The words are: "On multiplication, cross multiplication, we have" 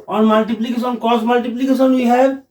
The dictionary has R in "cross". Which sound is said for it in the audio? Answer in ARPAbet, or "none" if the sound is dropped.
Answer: none